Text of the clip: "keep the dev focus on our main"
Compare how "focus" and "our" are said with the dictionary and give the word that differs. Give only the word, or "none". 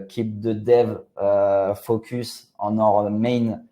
none